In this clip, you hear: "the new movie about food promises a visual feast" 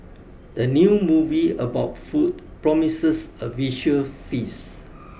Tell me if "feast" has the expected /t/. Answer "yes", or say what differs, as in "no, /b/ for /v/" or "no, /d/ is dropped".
no, /t/ is dropped